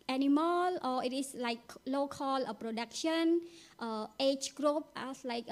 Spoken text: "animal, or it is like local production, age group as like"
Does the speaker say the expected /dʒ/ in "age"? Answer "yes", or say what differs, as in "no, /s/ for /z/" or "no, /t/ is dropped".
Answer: no, /tʃ/ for /dʒ/